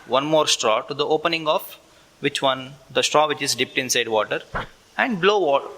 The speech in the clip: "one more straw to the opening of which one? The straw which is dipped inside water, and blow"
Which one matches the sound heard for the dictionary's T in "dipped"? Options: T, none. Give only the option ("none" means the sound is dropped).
T